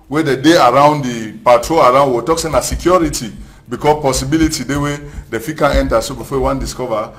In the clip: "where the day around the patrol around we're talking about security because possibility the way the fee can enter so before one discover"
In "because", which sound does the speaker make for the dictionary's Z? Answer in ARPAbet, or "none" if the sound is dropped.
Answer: none